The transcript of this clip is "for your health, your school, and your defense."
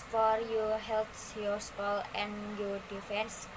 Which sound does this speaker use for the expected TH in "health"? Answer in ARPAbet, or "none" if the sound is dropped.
S